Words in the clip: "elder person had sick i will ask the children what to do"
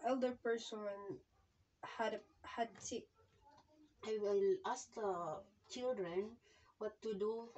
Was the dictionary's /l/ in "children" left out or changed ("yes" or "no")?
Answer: no